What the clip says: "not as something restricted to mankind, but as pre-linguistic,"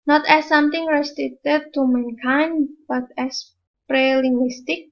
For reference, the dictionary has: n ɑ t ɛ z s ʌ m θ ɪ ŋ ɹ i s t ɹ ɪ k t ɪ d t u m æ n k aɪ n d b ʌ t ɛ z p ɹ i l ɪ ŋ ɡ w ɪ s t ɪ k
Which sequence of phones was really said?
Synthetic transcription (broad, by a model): n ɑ t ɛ s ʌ m t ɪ ŋ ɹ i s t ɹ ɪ t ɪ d t u m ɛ n k aɪ n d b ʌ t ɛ s p ɹ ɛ l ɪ ŋ ɡ w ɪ s t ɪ k